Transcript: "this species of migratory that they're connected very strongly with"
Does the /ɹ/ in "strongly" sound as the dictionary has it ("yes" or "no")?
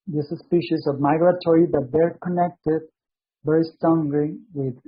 no